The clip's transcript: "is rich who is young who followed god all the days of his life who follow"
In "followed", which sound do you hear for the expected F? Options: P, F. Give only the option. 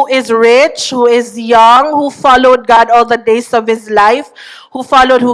F